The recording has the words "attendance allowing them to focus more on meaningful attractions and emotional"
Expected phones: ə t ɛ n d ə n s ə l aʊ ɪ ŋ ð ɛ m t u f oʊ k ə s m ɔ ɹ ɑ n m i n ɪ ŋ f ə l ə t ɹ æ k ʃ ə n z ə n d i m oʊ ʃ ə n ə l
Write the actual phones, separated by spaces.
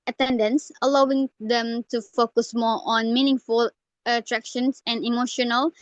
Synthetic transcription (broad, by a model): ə t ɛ n d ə n s ə l aʊ ɪ ŋ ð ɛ m t u f oʊ k ə s m ɔ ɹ ɑ n m i n ɪ ŋ f ə l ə t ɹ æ k ʃ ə n s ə n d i m oʊ ʃ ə n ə l